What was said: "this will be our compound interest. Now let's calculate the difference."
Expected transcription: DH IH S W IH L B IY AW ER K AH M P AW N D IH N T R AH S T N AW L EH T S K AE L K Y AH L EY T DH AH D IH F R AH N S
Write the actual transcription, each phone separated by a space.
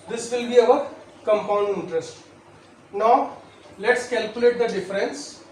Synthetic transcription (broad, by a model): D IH S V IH L B IY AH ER K AH M P AW N D IH N T R AH S T N AW L EH T S K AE L K Y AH L EY T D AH D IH F R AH N S